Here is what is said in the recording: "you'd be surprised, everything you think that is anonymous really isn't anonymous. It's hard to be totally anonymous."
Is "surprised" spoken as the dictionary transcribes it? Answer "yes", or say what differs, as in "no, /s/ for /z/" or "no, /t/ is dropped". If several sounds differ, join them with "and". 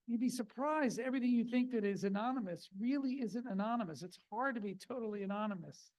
yes